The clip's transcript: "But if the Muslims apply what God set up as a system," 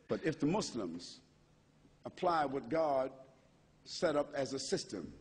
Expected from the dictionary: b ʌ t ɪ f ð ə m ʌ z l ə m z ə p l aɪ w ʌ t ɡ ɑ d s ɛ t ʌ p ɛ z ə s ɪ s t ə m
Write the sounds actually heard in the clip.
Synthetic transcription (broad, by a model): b ʌ t ɪ f ð ə m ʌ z l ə m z ə p l aɪ w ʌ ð ɡ ɑ d s ɛ t ʌ p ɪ z ə s ɪ s t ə m